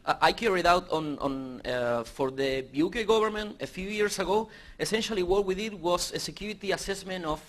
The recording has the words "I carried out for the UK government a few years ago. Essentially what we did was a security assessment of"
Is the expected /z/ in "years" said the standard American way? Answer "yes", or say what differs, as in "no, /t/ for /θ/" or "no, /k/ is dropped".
no, /s/ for /z/